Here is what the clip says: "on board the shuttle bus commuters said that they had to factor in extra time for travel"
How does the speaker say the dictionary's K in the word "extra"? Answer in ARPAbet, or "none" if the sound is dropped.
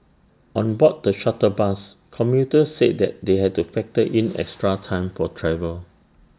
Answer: K